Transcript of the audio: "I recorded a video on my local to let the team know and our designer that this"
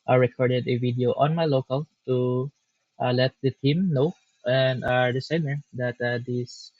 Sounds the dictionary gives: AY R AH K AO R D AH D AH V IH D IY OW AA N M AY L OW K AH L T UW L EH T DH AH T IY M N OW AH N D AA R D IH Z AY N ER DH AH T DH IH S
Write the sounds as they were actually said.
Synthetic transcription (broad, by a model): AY R AH K AO R D AH D AH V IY D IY OW AA N M AY L OW K AH L T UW L EH T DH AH T IY M N OW AH N D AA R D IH S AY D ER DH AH T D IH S